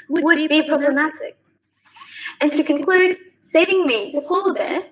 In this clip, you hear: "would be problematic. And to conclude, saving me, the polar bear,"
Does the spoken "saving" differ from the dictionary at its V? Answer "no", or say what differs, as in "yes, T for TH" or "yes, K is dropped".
yes, V is dropped